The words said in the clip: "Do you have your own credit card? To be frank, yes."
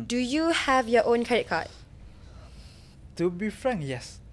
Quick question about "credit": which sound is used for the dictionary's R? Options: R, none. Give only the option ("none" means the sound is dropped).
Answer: none